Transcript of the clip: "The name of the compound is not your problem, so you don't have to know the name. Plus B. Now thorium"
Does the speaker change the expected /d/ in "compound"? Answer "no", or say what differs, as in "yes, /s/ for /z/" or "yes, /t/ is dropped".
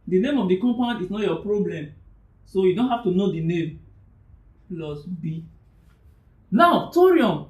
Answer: yes, /d/ is dropped